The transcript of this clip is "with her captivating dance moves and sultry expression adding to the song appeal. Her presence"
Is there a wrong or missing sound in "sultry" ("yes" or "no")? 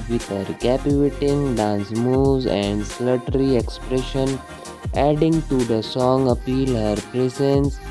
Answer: yes